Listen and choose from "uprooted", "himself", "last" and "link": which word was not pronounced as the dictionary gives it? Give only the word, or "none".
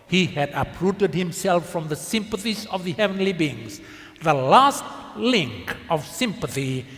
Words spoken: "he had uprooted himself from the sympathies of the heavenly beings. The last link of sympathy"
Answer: none